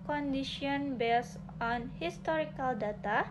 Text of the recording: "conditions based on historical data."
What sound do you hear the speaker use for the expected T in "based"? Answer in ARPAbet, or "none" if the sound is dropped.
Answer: none